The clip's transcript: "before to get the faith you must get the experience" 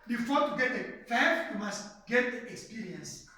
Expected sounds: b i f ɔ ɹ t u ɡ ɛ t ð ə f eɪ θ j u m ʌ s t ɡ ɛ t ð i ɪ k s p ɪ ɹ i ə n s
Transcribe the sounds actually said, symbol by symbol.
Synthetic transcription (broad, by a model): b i f ɔ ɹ t u ɡ ɛ t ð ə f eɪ f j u m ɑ s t ɡ ɛ t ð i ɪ k s p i ɹ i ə n s